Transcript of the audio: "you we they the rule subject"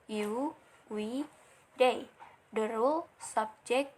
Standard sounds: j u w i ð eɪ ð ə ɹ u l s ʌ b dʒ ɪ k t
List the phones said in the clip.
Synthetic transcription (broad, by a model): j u w i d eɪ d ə ɹ u l s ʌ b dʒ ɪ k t